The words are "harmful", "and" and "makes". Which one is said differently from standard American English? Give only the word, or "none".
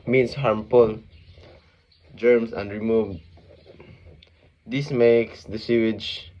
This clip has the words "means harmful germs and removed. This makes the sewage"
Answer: harmful